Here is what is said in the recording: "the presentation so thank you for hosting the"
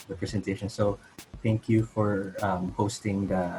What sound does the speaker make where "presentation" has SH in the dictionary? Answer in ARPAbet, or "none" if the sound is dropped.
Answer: SH